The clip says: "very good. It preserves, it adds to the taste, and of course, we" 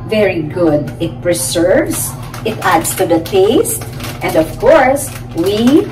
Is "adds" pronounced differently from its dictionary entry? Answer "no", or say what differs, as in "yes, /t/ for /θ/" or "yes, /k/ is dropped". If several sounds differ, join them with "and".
yes, /s/ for /z/